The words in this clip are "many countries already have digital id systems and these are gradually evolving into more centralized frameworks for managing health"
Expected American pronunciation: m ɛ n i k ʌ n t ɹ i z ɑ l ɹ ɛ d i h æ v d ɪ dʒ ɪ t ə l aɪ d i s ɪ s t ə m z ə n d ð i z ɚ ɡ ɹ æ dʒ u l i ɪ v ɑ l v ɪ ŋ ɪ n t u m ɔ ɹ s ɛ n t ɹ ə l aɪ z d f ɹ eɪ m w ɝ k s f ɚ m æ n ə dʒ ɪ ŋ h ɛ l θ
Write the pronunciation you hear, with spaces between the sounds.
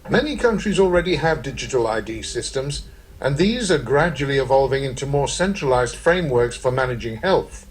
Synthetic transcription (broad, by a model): m ɛ n i k ʌ n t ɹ i z l ɹ ɛ d i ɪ v d ɪ dʒ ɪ t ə l aɪ d i s ɪ s t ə m z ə n ð i z ɚ ɡ ɹ æ dʒ u l i ɪ v ɑ l v ɪ ŋ ɪ n t u m ɔ ɹ s ɛ n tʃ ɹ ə l aɪ z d f ɹ eɪ m w ɝ k s f ɚ m æ n ə dʒ ɪ ŋ h ɛ l θ